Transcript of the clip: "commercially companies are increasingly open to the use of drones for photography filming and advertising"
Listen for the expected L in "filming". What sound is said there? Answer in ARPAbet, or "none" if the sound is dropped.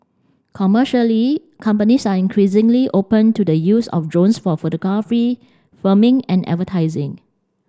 none